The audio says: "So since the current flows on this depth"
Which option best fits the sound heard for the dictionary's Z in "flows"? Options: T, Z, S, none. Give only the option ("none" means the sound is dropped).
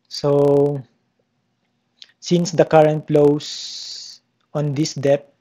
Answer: S